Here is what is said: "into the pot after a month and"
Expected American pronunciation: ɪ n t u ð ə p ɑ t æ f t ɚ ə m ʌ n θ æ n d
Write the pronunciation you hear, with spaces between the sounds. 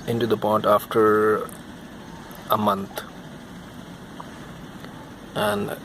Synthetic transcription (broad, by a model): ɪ n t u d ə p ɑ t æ f t ɚ ə m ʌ n t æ n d